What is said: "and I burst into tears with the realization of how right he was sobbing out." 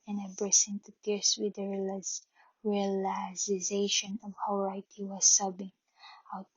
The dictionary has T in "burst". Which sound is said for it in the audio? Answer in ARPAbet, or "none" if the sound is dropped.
none